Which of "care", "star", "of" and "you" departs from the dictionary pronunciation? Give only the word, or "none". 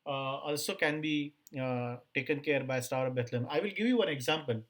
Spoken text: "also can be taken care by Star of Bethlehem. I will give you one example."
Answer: of